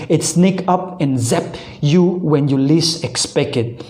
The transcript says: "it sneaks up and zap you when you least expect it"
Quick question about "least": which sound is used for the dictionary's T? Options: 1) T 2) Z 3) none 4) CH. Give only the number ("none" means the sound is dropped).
3